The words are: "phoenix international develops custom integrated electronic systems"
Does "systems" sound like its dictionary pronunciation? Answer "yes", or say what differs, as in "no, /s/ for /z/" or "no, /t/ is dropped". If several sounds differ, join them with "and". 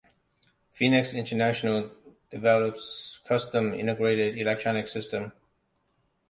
no, /z/ is dropped